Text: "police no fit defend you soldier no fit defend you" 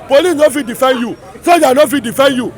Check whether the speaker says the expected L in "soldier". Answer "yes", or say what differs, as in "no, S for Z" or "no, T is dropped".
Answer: no, L is dropped